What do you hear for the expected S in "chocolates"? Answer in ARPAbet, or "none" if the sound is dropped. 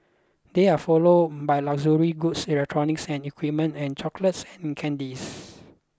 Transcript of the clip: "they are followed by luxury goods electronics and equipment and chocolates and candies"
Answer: S